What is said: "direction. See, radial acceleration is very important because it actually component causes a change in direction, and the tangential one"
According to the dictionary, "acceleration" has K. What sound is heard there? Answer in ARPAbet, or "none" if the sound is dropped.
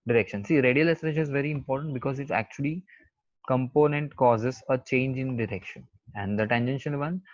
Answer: none